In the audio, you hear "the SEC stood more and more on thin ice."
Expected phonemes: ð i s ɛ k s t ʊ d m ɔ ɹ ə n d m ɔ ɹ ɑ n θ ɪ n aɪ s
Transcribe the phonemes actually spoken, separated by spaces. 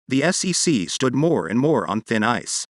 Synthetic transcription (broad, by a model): ð i s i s s t ʊ d m ɔ ɹ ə n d m ɔ ɹ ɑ n θ ɪ n aɪ s